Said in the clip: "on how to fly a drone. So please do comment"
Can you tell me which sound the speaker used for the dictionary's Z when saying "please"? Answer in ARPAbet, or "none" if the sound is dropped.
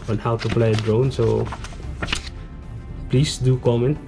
S